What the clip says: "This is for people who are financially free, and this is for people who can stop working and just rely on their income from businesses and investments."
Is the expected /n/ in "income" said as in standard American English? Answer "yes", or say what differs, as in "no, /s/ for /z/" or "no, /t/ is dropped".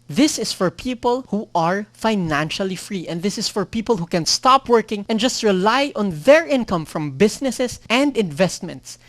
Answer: yes